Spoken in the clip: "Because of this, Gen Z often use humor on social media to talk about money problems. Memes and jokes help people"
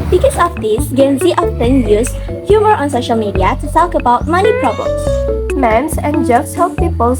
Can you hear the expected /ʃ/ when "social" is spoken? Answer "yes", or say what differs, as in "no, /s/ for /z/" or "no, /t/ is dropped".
yes